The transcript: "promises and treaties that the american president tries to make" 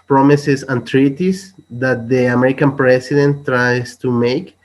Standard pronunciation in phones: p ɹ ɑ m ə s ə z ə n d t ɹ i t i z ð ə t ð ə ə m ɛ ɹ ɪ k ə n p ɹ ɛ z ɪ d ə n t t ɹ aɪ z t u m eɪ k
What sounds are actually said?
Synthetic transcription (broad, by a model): p ɹ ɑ m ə s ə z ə n t ɹ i t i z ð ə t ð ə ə m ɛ ɹ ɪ k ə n p ɹ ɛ s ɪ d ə n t t ɹ aɪ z t u m eɪ k